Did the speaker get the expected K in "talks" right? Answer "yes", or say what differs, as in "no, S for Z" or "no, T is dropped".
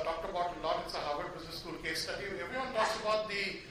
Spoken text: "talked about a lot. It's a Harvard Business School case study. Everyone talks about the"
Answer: no, K is dropped